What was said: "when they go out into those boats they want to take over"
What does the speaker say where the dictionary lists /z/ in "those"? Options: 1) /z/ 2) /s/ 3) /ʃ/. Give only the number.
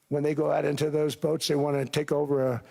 1